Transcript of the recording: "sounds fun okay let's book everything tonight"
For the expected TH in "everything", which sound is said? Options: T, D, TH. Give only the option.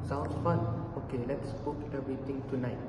T